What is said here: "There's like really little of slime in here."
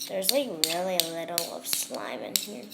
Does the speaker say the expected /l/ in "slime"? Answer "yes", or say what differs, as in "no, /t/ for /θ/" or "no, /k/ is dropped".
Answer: yes